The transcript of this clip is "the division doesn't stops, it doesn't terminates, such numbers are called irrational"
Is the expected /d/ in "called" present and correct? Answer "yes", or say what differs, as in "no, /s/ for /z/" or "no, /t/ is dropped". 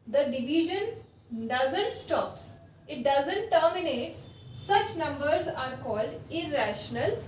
yes